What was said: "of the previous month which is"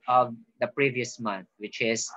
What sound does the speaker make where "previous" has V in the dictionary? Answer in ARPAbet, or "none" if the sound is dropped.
V